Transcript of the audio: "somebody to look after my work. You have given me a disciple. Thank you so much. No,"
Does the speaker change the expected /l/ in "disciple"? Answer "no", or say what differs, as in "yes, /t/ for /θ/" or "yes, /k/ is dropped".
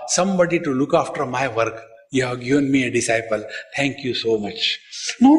no